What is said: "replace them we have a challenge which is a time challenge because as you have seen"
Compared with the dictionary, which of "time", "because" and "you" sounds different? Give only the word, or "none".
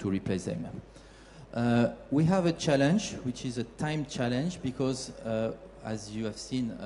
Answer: none